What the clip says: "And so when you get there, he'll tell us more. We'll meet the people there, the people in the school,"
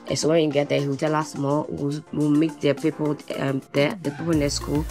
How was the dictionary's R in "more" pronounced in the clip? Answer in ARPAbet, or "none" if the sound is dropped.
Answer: W